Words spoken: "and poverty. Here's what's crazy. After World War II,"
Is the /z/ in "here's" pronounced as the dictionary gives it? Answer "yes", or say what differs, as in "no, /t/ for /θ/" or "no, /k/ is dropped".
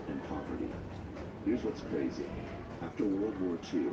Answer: yes